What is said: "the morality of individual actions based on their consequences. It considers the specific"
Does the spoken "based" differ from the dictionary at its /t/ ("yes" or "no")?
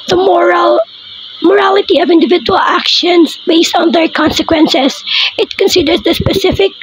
no